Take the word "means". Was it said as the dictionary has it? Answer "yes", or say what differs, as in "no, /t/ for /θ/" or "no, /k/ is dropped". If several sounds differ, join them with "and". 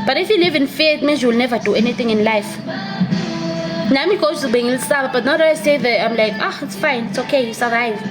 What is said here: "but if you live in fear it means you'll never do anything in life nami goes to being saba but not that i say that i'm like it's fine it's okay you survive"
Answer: no, /n/ is dropped